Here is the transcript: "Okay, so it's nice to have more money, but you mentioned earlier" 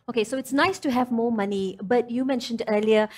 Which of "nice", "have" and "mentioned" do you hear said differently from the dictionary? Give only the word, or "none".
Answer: none